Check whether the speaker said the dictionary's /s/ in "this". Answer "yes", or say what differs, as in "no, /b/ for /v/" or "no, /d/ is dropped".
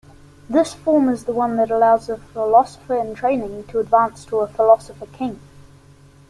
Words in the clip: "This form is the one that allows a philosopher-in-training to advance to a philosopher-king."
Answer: yes